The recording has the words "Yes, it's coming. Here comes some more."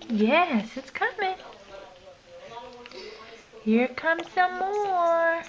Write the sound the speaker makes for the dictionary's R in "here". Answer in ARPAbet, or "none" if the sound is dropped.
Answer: R